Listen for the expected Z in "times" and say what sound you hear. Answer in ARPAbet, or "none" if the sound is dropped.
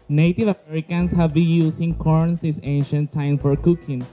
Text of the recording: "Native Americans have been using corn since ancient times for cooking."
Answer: none